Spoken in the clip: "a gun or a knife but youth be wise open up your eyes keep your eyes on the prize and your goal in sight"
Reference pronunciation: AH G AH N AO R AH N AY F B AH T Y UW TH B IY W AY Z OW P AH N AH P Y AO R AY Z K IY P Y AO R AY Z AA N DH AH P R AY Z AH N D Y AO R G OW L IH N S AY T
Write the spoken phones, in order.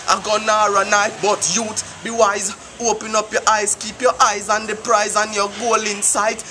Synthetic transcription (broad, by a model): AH G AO N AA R AH N AY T B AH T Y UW T B IY W AY Z OW P AH N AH P Y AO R AY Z K IY P Y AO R AY Z AA N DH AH P R AY Z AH N Y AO G OW L IH N S AY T